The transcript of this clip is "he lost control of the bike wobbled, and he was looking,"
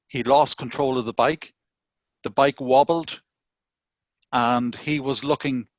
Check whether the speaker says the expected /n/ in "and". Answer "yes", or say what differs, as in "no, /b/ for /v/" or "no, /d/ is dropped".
no, /l/ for /n/